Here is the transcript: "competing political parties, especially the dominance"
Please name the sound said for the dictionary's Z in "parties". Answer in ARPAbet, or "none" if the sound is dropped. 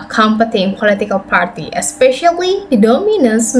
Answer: none